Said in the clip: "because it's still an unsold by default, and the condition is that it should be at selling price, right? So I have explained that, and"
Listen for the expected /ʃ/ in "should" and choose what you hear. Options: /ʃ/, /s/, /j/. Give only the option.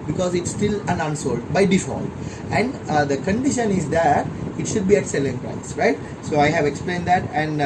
/ʃ/